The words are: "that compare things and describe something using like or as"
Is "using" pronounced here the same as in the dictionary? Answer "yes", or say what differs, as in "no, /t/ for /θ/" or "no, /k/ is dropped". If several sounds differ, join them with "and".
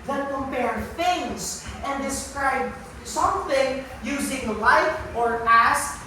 yes